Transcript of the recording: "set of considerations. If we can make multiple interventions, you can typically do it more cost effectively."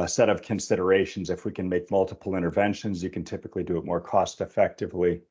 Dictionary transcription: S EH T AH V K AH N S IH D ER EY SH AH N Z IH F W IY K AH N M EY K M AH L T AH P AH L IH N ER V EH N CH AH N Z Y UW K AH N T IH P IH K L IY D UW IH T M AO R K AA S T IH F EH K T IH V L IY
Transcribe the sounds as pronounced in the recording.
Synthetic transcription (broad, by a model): S EH T AH V K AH N S IH D ER EY SH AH N Z IH F W IY K AH N M EY K M AH L T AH P L IH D ER V EH N SH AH N Z Y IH K AH N T IH P IH K L IY D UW IH T M AO R K AA S T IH F EH K T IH V L IY